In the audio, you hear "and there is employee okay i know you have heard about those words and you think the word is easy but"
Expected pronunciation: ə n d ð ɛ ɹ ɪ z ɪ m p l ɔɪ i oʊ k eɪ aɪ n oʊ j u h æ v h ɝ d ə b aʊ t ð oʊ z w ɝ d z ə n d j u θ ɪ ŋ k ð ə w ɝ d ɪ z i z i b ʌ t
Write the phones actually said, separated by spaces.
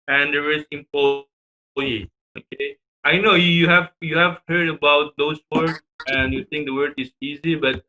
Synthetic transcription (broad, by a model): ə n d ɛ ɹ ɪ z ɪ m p ɔɪ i oʊ k eɪ aɪ n oʊ j u h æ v h ɝ d ə b aʊ t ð oʊ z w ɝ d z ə n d j u t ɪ ŋ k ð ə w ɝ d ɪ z i z i b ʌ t